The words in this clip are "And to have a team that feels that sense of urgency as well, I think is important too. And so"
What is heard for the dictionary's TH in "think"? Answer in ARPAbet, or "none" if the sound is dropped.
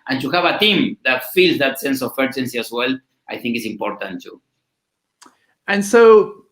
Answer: TH